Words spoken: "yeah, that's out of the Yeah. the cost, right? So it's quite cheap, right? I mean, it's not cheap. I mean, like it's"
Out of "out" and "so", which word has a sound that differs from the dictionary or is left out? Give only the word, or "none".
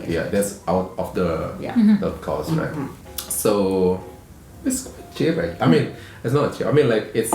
none